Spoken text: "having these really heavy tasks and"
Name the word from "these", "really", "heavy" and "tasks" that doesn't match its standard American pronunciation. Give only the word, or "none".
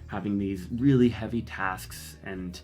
none